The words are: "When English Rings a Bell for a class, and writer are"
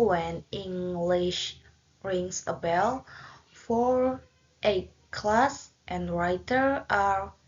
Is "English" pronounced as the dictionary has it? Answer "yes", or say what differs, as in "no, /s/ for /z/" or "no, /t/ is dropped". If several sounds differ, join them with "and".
yes